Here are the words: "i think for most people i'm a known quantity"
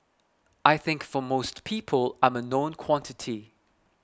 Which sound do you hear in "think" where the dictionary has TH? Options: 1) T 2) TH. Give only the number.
2